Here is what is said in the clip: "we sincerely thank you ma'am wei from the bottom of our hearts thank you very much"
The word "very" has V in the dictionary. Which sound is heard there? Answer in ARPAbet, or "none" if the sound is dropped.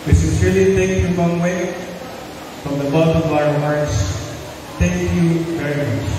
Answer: V